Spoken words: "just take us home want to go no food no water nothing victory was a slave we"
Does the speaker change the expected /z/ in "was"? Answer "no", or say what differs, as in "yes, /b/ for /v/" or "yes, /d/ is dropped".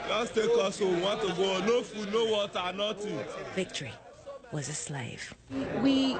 no